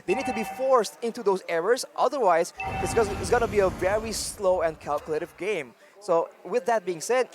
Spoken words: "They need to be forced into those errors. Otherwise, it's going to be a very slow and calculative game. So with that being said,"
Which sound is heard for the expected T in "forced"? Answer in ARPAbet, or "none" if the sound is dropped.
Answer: T